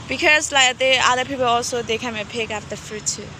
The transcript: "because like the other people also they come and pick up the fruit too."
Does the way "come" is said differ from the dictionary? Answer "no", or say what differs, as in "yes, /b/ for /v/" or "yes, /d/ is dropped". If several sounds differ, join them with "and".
yes, /m/ is dropped